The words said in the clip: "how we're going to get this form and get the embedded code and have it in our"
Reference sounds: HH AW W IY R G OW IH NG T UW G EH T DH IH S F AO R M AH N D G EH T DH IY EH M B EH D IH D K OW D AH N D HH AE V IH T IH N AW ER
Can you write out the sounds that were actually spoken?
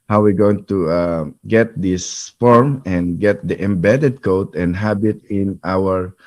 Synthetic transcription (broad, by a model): HH AW W IY R G OW IH NG T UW G EH T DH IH S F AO R M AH N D G EH T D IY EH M B EH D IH D K OW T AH N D HH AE B IH T IH N AW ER